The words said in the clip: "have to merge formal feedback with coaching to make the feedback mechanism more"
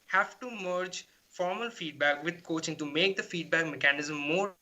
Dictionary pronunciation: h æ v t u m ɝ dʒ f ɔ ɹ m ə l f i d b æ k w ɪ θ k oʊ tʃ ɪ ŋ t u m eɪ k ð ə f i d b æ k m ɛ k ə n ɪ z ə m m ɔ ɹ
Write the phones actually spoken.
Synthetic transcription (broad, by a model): h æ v t u m ɝ dʒ f ɔ ɹ m ə l f i d b æ k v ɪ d k oʊ tʃ ɪ ŋ t u m eɪ k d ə f i d b æ k m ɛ k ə n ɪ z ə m m ɔ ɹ